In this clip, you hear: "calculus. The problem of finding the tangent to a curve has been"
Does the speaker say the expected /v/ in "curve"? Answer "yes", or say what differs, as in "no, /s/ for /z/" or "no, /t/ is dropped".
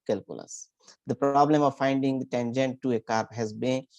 no, /p/ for /v/